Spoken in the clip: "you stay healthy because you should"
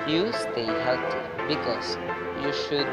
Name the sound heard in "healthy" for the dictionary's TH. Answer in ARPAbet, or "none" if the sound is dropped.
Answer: T